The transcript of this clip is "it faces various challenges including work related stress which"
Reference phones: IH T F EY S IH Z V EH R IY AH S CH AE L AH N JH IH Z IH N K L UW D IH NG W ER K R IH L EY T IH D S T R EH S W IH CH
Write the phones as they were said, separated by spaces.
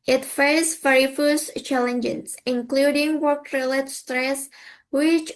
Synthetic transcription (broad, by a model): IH T F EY IH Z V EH R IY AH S CH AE L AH N JH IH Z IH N K L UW D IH NG W ER K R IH L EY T S T R EH S W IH CH